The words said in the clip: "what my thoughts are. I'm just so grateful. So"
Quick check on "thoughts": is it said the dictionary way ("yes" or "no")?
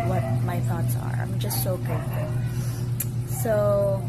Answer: yes